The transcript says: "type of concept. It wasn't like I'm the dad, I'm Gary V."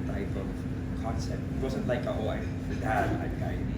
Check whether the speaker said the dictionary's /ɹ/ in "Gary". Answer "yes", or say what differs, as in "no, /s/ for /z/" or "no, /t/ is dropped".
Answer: no, /ɹ/ is dropped